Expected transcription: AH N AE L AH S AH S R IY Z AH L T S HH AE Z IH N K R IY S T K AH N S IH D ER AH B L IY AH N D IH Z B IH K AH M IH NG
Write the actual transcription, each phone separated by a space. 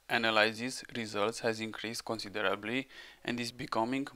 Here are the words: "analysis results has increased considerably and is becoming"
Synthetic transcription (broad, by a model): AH N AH L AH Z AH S R IY Z AH L T S HH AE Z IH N K R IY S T K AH N S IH D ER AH B L IY AH N D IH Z B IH K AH M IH NG